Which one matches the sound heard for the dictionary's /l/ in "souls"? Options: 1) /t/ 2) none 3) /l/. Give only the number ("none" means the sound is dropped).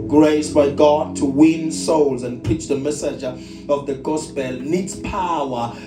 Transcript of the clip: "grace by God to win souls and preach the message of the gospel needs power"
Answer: 3